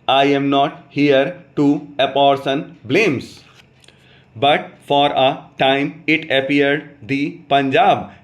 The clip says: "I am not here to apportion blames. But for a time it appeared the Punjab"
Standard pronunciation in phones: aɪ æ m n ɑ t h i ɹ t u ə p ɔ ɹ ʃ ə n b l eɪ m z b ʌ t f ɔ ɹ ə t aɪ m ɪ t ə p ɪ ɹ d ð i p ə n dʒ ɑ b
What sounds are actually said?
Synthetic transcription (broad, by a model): aɪ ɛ m n ɑ t h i ɹ t u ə p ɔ ɹ s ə n b l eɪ m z b ʌ t f ɔ ɹ ə t aɪ m ɪ t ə p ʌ ɹ d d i p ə n dʒ ɑ b